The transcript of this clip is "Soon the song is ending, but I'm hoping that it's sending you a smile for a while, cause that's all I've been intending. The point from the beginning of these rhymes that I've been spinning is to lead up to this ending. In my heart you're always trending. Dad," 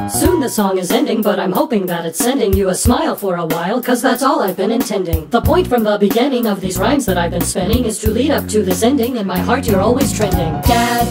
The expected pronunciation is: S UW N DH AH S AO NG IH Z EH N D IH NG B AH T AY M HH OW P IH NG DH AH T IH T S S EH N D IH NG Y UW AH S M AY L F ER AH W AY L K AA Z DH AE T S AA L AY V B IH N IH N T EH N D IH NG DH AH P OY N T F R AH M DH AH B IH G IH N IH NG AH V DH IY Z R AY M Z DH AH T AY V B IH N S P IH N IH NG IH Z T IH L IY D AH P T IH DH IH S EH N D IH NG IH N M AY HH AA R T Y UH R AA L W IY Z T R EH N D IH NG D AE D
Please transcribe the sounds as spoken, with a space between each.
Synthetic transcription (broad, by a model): S UW N DH AH S AO NG IH Z EH N D IH NG B AH T AY M HH OW P IH NG DH AH T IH T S S EH N D IH NG Y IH AH S M AY L F ER AH W AY L K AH Z DH AE T S AA L AY V B IH N IH N T EH N D IH NG DH AH P OY N T F R AH M DH AH B IH G IH N IH NG AH V DH IY Z R AY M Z DH AH T AY V B IH N S P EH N IH NG IH Z T IH L IY D AH P T IH DH IH S EH N D IH NG IH N M AY HH AA R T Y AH R AA L W IY Z T R EH N D IH NG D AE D